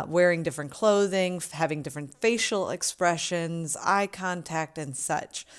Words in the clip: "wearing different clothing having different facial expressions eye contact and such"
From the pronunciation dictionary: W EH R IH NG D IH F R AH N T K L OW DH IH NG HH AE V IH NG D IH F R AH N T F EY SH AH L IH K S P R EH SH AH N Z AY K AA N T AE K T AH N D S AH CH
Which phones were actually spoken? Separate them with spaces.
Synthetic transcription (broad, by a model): W EH R IH NG D IH F R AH N K L OW DH IH NG HH AE V IH NG D IH F R AH N T F EY SH L IH K S P R EH SH AH N Z AY K AA N T AE K T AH N S AH CH